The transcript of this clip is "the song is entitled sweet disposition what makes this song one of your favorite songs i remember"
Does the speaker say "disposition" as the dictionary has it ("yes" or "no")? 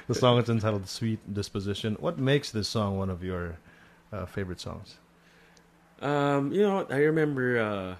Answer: yes